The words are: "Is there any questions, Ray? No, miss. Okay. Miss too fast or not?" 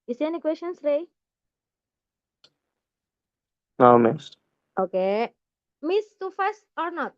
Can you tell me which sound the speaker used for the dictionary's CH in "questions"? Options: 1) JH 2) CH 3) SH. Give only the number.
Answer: 3